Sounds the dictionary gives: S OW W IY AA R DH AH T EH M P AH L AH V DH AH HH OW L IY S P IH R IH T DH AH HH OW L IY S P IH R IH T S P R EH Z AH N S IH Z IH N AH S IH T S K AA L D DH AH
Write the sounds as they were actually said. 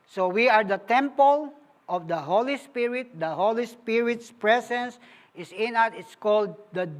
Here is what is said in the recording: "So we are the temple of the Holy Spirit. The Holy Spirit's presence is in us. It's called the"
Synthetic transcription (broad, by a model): S OW W IY AA R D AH T EH M P AH L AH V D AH HH OW L IY S P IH R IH T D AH HH OW L IY S P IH R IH T S P R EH S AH N S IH S IH N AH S IH T S K AA L D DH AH